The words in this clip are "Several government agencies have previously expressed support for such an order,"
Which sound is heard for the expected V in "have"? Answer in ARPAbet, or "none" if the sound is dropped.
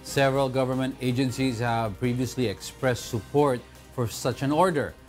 V